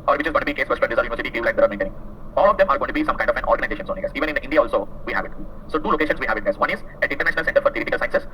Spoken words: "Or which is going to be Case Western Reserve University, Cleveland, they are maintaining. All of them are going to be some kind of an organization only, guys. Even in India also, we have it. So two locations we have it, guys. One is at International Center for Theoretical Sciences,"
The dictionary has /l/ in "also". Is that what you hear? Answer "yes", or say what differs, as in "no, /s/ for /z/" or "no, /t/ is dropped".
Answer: yes